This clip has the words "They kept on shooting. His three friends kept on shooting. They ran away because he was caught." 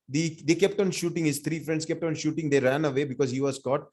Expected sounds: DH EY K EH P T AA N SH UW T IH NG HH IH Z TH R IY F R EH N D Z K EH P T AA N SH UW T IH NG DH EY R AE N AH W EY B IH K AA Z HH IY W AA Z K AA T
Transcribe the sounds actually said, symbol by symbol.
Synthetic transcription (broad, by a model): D EY K EH P T AA N SH UW T IH NG HH IH Z T R IY F R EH N D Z K EH P T AA N SH UW T IH NG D EY R AE N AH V EY B IH K AA Z HH IY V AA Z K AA T